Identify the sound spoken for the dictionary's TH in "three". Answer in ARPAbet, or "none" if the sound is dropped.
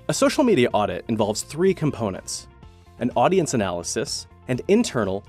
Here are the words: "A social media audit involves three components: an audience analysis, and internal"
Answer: TH